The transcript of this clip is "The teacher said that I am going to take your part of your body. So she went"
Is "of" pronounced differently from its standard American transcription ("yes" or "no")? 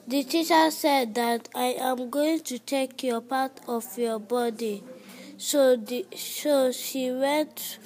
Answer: yes